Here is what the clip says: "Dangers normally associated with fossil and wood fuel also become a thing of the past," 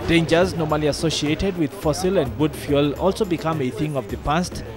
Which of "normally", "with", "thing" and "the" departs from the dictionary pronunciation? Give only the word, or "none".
none